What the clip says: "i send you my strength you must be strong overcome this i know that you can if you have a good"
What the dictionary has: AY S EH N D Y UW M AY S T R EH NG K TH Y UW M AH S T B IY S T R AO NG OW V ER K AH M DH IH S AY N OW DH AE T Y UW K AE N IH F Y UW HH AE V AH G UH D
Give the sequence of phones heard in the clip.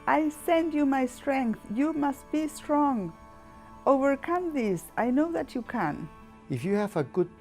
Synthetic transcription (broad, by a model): AY S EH N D Y UW M AY S T R EH NG K TH Y UW M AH S T B IY S T R AO NG OW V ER K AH M DH IH S AY N OW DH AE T Y UW K AE N IH F Y UW HH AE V AH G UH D